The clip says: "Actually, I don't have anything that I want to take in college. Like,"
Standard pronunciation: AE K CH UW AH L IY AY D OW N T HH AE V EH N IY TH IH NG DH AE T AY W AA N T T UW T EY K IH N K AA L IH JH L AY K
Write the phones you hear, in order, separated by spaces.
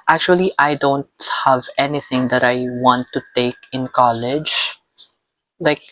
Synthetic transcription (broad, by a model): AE K CH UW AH L IY AY D OW N T HH AE V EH N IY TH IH NG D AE T AY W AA N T T UW T EY K IH N K AA L IH JH L AY K